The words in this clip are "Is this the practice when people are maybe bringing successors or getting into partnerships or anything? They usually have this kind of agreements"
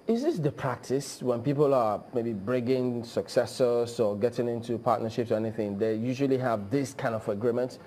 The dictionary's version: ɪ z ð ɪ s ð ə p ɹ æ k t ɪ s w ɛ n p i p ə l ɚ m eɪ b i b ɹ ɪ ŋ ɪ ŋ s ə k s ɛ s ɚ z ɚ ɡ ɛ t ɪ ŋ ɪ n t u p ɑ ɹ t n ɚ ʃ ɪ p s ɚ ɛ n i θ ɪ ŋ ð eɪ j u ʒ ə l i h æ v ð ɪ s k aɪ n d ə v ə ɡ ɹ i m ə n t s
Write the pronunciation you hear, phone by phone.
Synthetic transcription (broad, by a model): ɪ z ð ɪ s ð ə p ɹ æ k t ɪ s w ɛ n p i p ə l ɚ m eɪ b i b ɹ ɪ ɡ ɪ ŋ s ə k s ɛ s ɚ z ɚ ɡ ɛ t ɪ ŋ ɪ n t u p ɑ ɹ t n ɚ ʃ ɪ p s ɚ ɛ n i θ ɪ ŋ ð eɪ j u ʒ ə l i h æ v ð ɪ s k aɪ n d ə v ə ɡ ɹ i m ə n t